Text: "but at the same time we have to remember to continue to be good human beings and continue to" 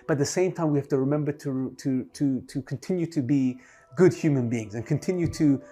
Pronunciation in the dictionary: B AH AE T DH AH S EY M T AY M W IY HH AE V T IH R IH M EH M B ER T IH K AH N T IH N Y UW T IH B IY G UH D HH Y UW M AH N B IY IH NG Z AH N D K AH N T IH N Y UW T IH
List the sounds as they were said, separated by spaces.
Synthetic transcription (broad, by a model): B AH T DH AH S EY M T AY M W IY HH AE F T IH R IH M EH M B ER T IH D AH N T IH N Y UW T IH B IY G UH D HH Y UW M AH N B IY IH NG Z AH N K AH N T IH N Y UW T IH